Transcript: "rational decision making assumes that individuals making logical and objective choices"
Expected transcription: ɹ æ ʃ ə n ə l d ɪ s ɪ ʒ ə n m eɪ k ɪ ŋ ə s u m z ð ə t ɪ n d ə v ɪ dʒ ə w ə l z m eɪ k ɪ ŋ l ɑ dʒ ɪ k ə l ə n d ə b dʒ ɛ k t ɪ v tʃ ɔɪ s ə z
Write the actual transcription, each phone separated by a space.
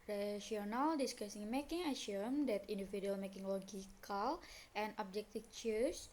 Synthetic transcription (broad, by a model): ɹ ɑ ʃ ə n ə l d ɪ s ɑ s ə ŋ m eɪ k ɪ ŋ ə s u m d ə t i n d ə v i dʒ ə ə l m eɪ k ɪ ŋ l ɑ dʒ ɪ k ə l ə n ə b dʒ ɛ k t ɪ f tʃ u s